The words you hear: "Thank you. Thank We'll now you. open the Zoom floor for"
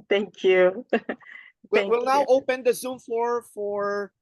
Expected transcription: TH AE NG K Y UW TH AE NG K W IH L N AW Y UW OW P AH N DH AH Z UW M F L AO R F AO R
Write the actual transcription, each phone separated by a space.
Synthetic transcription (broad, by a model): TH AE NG K Y UW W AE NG W IH L N AW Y OW P AH N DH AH Z UW M F AO R F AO R